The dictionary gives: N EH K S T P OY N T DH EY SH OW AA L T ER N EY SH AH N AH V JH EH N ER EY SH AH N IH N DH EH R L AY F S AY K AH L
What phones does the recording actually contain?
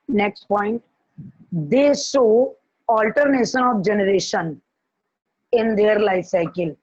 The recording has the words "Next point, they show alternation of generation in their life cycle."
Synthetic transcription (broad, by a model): N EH K S T P OY N T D EY S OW AA L T ER N EY SH AH N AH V JH EH N ER EY SH AH N IH N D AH R L AY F S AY K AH L